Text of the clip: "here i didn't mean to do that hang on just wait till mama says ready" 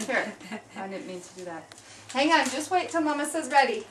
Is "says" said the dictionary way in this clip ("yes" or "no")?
yes